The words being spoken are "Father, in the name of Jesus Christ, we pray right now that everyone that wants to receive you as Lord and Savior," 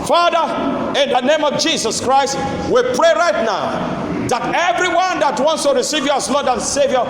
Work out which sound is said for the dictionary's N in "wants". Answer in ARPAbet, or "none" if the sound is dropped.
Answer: N